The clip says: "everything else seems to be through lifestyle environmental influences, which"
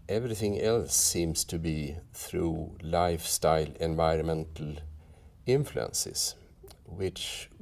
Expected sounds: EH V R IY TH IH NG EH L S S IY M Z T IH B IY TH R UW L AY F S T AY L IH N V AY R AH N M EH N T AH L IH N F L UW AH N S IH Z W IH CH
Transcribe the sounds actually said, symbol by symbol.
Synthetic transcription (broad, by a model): EH V R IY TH IH NG EH L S S IY M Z T IH B IY TH R UW L AY F S T AY L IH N V AY R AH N M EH N T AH L IH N F L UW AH N S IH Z W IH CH